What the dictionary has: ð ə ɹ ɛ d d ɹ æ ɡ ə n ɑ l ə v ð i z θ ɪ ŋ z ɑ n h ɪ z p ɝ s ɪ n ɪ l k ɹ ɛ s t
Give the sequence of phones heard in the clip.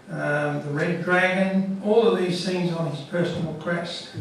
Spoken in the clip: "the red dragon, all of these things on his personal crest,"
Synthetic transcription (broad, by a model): ð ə ɹ ɛ d d ɹ æ ɡ ə n ɑ l ə v ð i z s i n z n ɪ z p ɝ s n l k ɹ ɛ s t